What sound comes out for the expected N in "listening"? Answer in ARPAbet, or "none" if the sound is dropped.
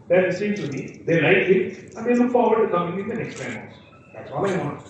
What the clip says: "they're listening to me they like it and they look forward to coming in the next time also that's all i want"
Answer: none